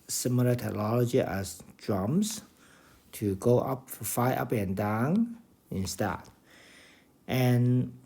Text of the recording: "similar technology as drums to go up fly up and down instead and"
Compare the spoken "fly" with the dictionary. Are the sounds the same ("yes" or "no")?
no